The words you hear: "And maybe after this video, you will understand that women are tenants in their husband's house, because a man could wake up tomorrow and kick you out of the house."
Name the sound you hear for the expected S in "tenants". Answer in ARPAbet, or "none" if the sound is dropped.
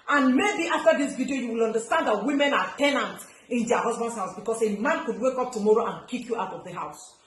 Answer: none